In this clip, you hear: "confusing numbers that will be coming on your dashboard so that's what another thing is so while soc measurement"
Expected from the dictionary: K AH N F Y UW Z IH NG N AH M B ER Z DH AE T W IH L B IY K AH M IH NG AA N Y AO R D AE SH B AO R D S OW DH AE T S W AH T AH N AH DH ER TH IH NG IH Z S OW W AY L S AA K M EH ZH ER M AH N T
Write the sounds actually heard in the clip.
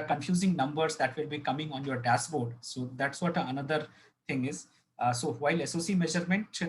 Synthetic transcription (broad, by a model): K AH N F Y UW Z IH NG N AH M B ER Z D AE T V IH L B IY K AH M IH NG AA N Y AO R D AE S B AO R D S OW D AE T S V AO T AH N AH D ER T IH NG IH Z S OW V AY L S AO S M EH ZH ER M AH N T